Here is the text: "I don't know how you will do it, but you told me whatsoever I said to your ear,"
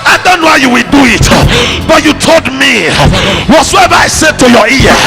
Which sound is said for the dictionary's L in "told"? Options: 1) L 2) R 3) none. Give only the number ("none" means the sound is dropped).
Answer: 1